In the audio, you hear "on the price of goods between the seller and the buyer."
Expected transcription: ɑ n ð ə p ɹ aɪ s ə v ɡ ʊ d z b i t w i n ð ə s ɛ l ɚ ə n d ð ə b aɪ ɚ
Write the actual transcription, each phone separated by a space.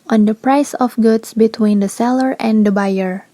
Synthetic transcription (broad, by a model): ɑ n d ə p ɹ aɪ s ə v ɡ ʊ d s b i t w i n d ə s ɛ l ɚ ə n d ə b aɪ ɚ